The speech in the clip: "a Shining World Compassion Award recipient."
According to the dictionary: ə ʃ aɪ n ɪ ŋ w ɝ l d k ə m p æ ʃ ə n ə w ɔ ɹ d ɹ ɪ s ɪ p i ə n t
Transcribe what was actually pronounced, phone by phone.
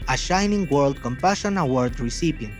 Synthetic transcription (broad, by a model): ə ʃ aɪ n ɪ ŋ w ɝ l d k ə m p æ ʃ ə n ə w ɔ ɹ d ɹ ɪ s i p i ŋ